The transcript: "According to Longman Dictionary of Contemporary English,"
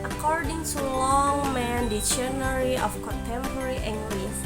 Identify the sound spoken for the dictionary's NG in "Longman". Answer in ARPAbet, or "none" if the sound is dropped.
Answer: NG